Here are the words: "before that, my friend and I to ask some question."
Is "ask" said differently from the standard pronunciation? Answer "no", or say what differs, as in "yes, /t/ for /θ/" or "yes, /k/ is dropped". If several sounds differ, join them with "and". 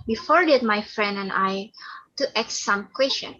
yes, /s/ is dropped